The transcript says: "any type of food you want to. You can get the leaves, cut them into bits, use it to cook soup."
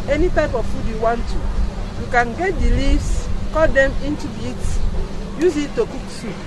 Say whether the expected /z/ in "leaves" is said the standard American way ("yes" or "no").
no